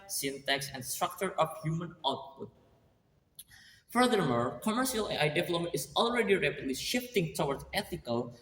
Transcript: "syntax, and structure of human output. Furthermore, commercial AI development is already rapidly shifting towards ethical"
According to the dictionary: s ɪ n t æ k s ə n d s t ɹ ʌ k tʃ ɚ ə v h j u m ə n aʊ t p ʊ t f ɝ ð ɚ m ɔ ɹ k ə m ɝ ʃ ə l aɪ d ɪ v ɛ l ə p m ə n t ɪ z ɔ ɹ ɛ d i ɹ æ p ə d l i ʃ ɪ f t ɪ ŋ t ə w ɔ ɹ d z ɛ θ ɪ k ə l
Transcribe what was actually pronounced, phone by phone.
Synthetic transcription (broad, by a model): s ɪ n t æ k s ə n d s t ɹ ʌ k tʃ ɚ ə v h j u m ə n aʊ t p ʊ t f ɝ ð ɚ m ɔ ɹ k ə m ɝ ʃ ə l aɪ d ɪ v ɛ l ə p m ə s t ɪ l ɹ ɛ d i ɹ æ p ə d l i ʃ ɪ f t ɪ ŋ t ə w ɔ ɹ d ɛ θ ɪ k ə l